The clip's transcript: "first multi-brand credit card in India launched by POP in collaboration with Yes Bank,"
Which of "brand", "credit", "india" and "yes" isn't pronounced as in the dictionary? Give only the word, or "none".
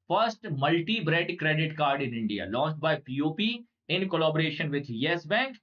brand